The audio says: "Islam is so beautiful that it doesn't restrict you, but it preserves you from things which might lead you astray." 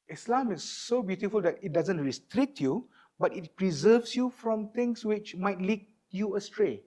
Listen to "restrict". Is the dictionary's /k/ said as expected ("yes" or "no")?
yes